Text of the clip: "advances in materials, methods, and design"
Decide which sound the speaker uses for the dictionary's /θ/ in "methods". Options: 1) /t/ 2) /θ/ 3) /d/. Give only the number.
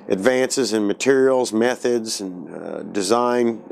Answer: 2